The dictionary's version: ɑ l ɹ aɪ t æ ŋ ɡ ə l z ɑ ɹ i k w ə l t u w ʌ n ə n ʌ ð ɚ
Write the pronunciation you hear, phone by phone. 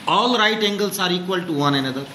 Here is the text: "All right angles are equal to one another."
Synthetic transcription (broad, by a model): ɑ l ɹ aɪ t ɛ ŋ ɡ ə l s ɑ ɹ i k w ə l t u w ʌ n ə n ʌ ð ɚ